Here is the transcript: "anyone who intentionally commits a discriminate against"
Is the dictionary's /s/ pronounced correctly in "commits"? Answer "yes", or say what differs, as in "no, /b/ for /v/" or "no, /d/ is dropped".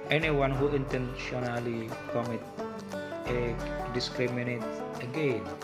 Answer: no, /s/ is dropped